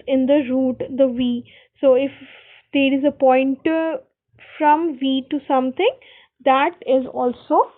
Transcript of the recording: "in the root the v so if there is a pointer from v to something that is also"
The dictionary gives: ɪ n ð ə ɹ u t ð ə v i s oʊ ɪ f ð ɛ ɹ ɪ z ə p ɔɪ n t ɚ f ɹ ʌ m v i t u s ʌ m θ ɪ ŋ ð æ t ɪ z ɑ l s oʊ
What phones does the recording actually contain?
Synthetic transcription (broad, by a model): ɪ n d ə ɹ u t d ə v i s oʊ ɪ f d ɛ ɹ ɪ z ə p ɔɪ n t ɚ f ɹ ʌ m v i t u s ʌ m t ɪ ŋ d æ t ɪ z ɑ l s oʊ